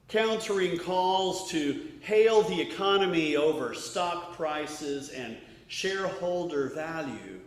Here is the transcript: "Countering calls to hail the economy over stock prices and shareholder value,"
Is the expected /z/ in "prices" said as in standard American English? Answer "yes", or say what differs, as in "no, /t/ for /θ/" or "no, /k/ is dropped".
yes